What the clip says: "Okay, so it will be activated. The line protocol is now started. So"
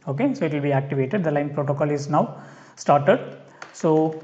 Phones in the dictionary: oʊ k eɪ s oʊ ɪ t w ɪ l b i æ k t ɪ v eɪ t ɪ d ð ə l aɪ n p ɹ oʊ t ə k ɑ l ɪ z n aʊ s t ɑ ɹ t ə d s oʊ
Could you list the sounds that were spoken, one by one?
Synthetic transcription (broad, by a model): oʊ k eɪ s oʊ ɪ t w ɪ l b i æ k t ɪ v eɪ t ɪ d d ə l aɪ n p ɹ oʊ t ə k ɑ l ɪ z n aʊ s t ɑ ɹ t ə d s oʊ